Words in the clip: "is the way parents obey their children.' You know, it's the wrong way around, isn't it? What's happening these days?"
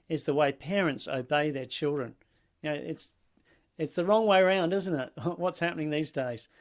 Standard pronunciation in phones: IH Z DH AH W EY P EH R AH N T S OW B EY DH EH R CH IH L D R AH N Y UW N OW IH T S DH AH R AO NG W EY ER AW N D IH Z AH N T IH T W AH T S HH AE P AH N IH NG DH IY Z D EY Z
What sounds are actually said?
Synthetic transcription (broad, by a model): IH Z DH AH W EY P EH R AH N T S OW B EY DH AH R CH IH L D R AH N Y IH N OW IH T S DH AH R AO NG W EY ER AW N D IH Z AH N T IH T W AH T S HH AE P AH N IH NG DH IY Z D EY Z